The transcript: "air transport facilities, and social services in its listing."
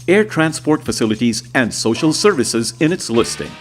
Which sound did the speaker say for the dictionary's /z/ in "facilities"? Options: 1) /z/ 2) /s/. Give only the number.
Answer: 1